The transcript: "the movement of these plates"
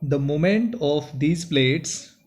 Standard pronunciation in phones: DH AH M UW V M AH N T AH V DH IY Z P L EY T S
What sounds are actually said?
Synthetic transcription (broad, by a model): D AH M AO M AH N T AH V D IY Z P L EY T S